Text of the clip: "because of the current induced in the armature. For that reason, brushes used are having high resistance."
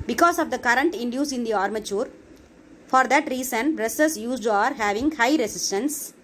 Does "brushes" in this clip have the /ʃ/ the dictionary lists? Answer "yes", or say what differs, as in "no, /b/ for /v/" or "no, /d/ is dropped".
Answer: no, /s/ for /ʃ/